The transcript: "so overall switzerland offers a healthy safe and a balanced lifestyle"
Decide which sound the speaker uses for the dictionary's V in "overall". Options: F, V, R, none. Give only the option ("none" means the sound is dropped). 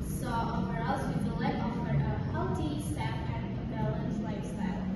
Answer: none